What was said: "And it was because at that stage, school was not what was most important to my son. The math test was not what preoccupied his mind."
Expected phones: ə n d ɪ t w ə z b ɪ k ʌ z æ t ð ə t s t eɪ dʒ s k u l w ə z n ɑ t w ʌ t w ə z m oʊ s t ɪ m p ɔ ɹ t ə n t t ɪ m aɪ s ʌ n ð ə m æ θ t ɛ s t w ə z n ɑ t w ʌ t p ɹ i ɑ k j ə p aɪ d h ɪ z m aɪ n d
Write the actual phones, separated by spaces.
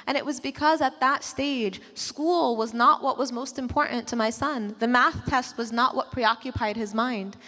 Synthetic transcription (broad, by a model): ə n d ɪ t w ə z b ɪ k ʌ z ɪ t ð ə t s t eɪ dʒ s k u l w ə z n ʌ t w ʌ t w ə z m oʊ s t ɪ m p ɔ ɹ t n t t ɪ m aɪ s ʌ n ð ə m æ θ t ɛ s t w ə z n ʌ t w ʌ t p ɹ i ɑ k j ə p aɪ d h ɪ z m aɪ n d